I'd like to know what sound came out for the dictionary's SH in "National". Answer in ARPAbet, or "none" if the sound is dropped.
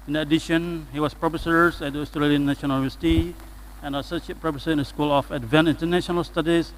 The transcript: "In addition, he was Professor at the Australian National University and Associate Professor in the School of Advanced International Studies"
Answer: none